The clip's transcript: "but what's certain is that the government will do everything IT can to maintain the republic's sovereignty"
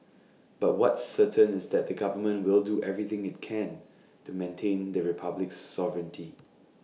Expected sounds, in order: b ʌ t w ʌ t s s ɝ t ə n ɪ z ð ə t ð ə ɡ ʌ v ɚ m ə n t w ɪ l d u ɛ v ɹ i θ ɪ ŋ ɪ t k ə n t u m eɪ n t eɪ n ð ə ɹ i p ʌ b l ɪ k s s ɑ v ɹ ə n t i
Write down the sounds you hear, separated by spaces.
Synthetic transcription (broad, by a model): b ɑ t w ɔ t s s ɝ t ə n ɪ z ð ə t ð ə ɡ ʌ v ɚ m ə n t w ɪ l d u ɛ v ɹ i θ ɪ ŋ ɪ t k ə n t u m eɪ n t eɪ n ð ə ɹ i p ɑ b l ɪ k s s ɑ v ɹ ə n t i